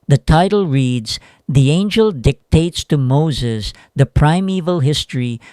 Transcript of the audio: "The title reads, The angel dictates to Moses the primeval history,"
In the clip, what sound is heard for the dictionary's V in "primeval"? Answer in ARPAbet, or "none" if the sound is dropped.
V